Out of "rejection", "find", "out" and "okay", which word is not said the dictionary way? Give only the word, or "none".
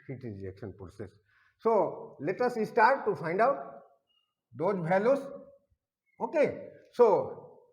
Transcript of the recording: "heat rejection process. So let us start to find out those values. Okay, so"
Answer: rejection